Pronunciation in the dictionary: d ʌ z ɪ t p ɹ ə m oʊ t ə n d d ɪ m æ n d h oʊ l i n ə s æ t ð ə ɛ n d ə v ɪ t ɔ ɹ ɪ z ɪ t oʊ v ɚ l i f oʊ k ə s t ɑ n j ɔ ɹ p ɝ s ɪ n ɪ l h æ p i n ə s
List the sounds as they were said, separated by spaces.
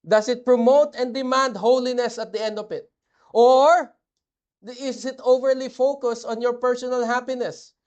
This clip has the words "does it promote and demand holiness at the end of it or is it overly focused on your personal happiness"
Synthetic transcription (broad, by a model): d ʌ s ɪ t p ɹ ə m oʊ t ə n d d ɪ m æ n d h oʊ l i n ə s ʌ t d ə ɛ n d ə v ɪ t ɔ ɹ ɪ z ɪ t oʊ v ɚ l i f oʊ k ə s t ɑ n j ɔ ɹ p ɝ s ɪ n ɪ l h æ p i n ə s